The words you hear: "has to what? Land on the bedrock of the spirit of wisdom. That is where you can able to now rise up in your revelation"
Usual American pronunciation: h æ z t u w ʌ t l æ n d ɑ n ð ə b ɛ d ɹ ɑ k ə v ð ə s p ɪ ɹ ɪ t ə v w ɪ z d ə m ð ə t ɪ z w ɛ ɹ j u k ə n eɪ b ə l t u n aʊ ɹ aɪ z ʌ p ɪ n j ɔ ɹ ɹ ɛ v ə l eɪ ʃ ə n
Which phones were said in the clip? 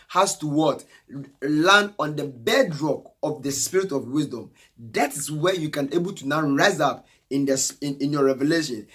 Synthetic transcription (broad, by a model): h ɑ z t u w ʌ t l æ n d ɑ n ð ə b ɛ d ɹ ɑ k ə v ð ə s p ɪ ɹ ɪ t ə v w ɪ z d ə m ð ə t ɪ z w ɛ j u k ə n eɪ b ə l t u n aʊ ɹ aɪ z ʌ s ɪ n j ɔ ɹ ɹ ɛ v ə l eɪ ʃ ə n